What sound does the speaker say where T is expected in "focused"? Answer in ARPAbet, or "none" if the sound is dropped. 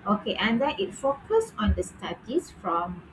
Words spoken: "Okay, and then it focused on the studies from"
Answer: none